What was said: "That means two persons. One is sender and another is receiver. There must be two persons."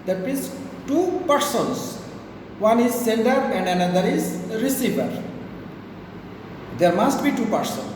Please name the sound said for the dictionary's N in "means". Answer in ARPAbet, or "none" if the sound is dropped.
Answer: none